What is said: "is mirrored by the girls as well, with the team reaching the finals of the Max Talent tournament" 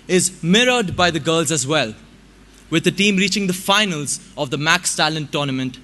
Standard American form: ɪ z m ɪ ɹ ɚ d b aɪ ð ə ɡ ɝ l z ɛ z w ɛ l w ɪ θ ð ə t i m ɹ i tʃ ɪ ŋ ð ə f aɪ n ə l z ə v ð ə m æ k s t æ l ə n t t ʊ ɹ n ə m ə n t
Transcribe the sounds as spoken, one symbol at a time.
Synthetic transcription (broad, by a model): ɪ z m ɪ ɹ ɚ d b aɪ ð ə ɡ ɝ l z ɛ z w ɛ l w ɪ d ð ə t i m ɹ i tʃ ɪ ŋ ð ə f aɪ n ə l z ə v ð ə m æ k s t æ l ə n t t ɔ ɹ n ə m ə n t